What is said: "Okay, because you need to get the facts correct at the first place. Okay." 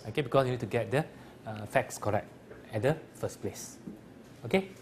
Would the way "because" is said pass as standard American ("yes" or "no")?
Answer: no